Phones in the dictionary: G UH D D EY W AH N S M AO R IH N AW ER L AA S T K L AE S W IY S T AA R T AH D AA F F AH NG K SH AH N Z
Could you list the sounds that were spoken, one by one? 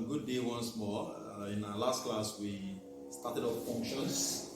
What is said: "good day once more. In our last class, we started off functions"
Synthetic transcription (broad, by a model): G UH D D EY W AH N S M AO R IH N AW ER L AA S T K L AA S W IY S T AA T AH D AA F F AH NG K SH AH N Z